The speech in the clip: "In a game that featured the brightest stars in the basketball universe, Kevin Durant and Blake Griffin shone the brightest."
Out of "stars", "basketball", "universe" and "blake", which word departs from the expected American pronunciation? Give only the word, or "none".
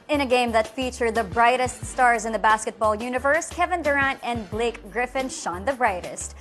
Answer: none